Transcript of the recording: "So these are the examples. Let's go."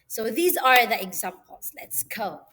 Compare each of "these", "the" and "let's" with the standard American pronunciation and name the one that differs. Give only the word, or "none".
none